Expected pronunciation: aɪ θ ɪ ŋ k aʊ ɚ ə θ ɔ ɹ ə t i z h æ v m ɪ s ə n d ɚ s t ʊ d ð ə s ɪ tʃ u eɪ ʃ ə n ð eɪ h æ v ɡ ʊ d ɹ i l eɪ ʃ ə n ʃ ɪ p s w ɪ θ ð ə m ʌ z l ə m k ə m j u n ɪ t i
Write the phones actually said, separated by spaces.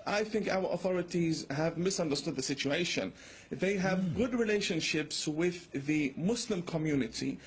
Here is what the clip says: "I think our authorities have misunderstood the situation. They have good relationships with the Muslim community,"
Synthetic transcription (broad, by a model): aɪ θ ɪ ŋ k aʊ ɚ ə θ ɔ ɹ ə t i z h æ v m ɪ s ə n d ɚ s t ʊ d ð ə s ɪ tʃ u eɪ ʃ ə n ð eɪ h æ v ɡ ʊ d ɹ i l eɪ ʃ ə n ʃ ɪ p s w ɪ ð ə m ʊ s l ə m k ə m j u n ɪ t i